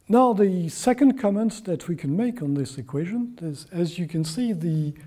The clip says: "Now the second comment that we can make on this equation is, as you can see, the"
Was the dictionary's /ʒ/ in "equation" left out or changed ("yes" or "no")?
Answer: no